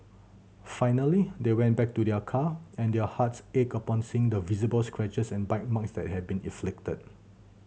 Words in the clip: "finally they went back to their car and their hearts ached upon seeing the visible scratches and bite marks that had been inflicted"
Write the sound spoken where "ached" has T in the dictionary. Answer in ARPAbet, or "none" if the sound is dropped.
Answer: none